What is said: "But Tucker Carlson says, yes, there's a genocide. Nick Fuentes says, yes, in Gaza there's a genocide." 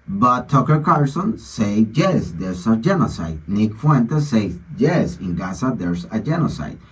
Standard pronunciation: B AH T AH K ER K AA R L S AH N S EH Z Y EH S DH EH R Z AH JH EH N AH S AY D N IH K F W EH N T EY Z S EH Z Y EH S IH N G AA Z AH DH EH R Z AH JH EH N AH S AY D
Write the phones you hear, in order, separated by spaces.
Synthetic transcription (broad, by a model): B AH T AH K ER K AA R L S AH N S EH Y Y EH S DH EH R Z AH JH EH N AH S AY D N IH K F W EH N T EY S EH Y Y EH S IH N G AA S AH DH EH R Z AH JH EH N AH S AY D